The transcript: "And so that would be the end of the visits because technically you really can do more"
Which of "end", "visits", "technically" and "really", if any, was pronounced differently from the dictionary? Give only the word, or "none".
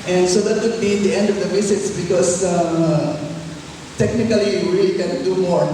visits